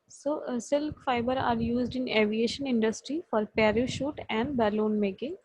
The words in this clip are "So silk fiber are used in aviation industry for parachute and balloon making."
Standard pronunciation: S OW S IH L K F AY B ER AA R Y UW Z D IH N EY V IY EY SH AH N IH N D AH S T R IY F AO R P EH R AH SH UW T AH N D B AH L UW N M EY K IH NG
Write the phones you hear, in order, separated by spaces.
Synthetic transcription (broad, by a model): S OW S IH L K F AY B ER AA R Y UW Z D IH N EY V IY EY SH AH N IH N D AH S T R IY F AO R P EH R AH SH UW T AH N D B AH L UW N M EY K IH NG